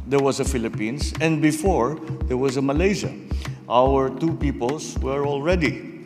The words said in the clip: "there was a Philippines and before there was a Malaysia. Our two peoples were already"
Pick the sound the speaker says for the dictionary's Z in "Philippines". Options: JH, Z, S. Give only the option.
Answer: S